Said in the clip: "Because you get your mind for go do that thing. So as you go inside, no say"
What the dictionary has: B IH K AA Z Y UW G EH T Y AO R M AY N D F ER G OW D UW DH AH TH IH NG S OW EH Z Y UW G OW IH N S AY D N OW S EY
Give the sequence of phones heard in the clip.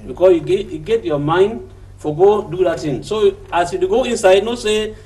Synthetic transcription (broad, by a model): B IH K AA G Y UW G EH T Y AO M AY N D F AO G OW D UW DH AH T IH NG S OW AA S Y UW G OW IH N S AY D N OW S EY